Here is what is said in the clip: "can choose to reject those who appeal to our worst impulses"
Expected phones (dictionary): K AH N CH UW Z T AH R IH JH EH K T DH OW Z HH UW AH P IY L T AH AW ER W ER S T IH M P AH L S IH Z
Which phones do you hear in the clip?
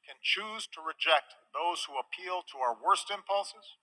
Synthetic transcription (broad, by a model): K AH N CH UW Z T AH R IH JH EH K T DH OW Z HH UW AH P IY L T AH AW ER W ER S T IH M P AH L S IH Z